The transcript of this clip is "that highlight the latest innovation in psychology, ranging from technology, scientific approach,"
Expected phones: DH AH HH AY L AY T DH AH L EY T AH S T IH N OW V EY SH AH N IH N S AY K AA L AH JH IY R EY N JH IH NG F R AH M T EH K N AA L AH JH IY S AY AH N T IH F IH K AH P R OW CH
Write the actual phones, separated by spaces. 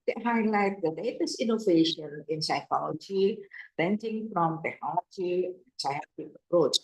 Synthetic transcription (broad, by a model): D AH HH AY L AY T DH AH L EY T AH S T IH N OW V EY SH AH N IH N S AY K AA L AH JH IY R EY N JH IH NG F R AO M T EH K N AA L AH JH IY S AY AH T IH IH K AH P R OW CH